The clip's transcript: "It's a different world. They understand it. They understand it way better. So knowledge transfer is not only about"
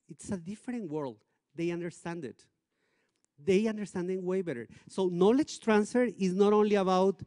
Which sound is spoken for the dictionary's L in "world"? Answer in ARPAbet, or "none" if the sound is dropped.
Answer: L